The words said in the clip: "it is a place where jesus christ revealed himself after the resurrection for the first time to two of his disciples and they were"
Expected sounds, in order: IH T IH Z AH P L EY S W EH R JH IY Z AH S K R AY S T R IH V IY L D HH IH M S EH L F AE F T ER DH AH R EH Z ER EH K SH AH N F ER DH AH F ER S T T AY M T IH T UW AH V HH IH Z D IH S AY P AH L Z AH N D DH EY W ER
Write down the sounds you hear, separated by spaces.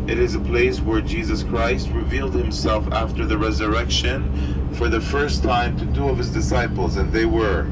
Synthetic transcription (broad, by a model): IH T IH Z AH P L EY S W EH R JH IY Z AH S K R AY S T R IH V IY L D HH IH M S EH L F AE F T ER DH AH R EH Z ER EH K SH AH N F ER DH AH F ER S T T AY M T IH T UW AH V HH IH Z D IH S AY P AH L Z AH N DH EY W ER